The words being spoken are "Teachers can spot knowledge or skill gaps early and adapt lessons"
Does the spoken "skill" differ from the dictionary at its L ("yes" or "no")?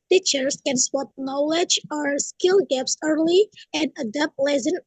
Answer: no